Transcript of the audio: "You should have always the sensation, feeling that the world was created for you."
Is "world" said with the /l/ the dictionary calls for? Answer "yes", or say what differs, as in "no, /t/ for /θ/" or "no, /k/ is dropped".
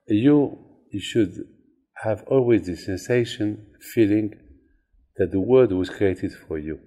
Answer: no, /l/ is dropped